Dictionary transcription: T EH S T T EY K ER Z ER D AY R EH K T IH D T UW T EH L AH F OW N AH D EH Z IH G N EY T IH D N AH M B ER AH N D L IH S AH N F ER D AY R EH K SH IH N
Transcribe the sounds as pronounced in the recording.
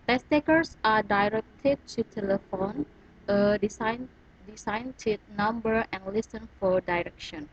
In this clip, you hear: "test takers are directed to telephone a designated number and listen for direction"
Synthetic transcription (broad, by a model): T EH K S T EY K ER S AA D AY R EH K T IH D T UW T EH L AH F OW N AH D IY S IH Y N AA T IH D N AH M B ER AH N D L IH S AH N F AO D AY R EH K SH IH N